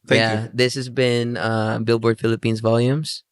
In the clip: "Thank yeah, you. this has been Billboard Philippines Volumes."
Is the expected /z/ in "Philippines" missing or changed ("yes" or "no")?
no